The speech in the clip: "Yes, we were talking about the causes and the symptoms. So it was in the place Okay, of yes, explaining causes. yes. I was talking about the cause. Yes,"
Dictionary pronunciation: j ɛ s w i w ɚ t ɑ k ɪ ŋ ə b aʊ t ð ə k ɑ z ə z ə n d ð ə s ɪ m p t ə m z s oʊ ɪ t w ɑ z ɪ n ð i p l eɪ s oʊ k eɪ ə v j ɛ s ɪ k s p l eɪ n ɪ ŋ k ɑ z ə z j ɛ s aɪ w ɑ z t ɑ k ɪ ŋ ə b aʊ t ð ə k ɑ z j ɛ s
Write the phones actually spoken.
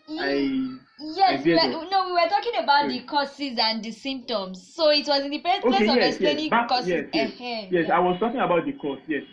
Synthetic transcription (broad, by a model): j ɛ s w i w ɚ t ɑ k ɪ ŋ ə b aʊ t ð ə k ɑ s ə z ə n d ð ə s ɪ m p t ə m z s oʊ ɪ t w ɑ z ɪ n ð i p eɪ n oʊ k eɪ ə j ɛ ɪ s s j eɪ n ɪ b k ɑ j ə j j ɛ s aɪ w ɑ z t ɑ k ɪ ŋ ə b aʊ t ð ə k ɑ s j ɛ s